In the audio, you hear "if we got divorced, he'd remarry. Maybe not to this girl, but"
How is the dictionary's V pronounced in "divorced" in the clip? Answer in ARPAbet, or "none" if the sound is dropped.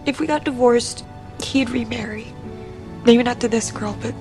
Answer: V